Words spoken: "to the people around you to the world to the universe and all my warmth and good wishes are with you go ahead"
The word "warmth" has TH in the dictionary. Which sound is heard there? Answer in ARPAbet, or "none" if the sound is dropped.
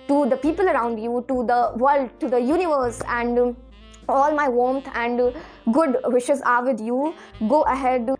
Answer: T